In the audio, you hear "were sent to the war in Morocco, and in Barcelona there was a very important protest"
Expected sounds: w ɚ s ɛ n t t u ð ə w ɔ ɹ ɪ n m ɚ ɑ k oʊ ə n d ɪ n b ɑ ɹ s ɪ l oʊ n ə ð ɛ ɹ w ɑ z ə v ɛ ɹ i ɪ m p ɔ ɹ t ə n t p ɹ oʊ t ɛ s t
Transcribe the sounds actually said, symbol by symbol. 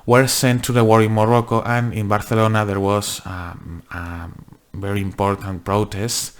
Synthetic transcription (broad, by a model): w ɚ s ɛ n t t u ð ə w ɔ ɹ ɪ n m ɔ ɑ k oʊ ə n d ɪ n b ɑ ɹ θ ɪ l oʊ n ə ð ɛ ɹ w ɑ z ə v ɛ ɹ i ɪ m p ɔ ɹ t ə n t p ɹ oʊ t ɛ s t